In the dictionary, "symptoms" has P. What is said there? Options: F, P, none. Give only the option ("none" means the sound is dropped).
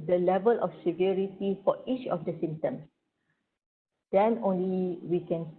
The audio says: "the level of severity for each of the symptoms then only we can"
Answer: none